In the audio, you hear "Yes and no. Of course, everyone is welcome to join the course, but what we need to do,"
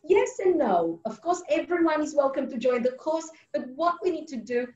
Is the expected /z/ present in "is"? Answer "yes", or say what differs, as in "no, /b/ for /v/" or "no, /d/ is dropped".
yes